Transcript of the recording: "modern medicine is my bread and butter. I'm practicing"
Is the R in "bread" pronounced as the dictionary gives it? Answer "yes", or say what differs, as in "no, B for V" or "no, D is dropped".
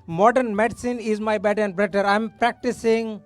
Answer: no, R is dropped